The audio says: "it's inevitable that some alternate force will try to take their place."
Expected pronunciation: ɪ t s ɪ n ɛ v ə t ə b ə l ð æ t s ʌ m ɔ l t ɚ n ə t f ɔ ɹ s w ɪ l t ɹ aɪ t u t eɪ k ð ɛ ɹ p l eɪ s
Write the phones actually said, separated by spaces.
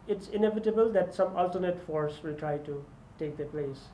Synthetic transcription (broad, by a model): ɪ t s ɪ n ɛ v ə t ə b ə l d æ t s ʌ m ɔ l t ɚ n ə t f ɔ ɹ s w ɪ l t ɹ aɪ t u t eɪ k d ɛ p l eɪ s